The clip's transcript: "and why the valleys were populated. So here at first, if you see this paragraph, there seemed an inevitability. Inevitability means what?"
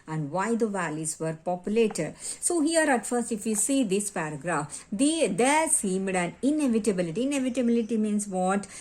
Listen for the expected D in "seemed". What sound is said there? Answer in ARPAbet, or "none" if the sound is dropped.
D